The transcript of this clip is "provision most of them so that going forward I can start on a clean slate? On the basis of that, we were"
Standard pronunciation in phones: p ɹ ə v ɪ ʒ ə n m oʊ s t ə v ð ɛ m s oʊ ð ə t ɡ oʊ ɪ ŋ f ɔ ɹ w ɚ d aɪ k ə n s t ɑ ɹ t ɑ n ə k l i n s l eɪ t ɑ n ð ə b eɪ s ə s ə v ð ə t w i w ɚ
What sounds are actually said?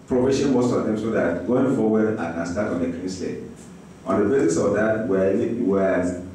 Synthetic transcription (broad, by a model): p ɹ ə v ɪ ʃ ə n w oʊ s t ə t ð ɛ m s oʊ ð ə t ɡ oʊ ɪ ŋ f ɔ w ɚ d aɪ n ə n s t ɑ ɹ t ɑ n ə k i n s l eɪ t ɑ n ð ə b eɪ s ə s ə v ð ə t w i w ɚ